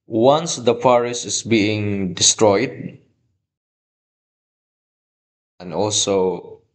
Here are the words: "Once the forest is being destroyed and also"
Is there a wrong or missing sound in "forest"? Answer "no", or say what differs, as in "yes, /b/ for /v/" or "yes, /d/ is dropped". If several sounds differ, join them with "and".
yes, /p/ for /f/ and /t/ is dropped